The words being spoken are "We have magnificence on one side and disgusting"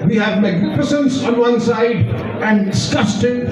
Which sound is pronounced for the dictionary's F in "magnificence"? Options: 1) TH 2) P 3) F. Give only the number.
2